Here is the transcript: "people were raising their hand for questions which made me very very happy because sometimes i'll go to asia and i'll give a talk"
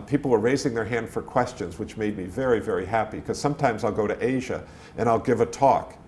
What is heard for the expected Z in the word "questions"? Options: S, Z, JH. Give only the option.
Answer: Z